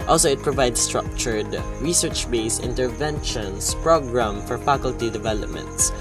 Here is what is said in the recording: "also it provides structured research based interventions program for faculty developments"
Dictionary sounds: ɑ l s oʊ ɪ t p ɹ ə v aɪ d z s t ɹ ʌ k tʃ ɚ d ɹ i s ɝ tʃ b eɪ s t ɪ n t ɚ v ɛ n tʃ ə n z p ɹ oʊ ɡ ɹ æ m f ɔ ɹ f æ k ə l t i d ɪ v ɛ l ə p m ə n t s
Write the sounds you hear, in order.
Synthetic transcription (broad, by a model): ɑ l s oʊ ɪ t p ɹ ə v aɪ d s s t ɹ ʌ k tʃ ɚ d ɹ i s ɝ tʃ b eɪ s ɪ n t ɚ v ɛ n ʃ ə n s p ɹ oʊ ɡ ɹ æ m f ɔ ɹ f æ k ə l t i d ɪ v ɛ l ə p m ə n t s